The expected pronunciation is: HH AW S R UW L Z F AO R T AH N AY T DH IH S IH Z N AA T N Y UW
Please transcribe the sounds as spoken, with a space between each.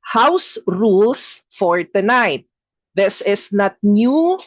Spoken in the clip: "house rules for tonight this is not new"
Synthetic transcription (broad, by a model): HH AW S R UW L S F AO R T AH N AY T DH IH S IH S N AA T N Y UW